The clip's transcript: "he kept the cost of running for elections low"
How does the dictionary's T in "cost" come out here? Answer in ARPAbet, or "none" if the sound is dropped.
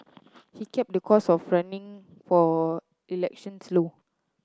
none